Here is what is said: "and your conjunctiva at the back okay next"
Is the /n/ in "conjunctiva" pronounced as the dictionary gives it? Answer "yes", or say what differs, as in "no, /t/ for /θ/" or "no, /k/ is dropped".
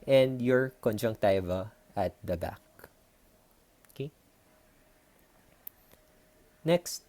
yes